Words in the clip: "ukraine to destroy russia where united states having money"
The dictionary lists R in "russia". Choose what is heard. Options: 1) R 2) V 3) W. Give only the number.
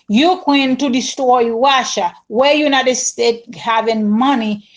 3